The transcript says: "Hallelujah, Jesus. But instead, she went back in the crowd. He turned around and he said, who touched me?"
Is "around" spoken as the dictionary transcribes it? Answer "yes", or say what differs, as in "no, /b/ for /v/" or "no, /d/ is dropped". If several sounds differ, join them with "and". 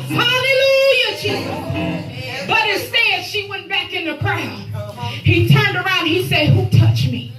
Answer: no, /n/ is dropped